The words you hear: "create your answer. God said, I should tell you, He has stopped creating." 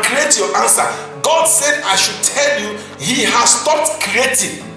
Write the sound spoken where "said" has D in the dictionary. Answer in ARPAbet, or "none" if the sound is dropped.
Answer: D